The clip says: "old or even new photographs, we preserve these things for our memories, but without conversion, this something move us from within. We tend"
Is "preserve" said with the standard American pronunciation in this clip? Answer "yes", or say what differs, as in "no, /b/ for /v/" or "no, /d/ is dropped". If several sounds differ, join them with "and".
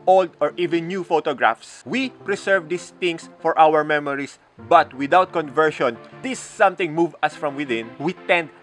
no, /s/ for /z/